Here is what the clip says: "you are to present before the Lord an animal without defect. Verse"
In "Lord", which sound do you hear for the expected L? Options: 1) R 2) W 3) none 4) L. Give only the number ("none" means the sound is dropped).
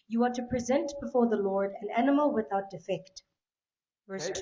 4